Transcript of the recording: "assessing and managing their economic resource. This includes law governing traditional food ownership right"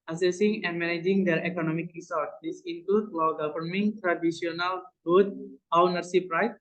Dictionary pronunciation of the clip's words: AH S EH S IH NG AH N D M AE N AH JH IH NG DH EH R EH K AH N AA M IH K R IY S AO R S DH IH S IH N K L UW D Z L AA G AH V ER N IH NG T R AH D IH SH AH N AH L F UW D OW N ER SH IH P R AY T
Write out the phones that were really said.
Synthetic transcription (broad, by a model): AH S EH S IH NG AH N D M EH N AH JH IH NG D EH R EH K AH N AA M IH K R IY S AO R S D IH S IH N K L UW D L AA G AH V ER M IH NG T R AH D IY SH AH N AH L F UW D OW N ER S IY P R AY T